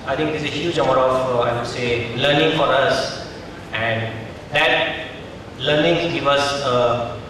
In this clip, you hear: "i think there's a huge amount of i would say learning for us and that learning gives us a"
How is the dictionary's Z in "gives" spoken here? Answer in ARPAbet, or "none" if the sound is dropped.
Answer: none